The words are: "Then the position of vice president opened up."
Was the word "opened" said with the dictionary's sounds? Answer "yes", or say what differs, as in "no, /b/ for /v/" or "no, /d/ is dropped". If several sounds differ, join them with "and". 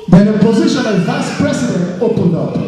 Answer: yes